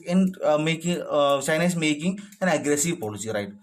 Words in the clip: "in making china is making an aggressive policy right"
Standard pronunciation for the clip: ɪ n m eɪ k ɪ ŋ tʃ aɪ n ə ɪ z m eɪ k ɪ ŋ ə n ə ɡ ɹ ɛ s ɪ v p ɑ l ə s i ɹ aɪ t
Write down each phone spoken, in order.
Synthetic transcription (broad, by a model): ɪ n m eɪ k ɪ ŋ s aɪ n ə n s m eɪ k ɪ ŋ ə n ə ɡ ɹ ɛ s ɪ v p ɑ l ə s i ɹ aɪ t